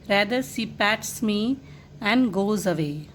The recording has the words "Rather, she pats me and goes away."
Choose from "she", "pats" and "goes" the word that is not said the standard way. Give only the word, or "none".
she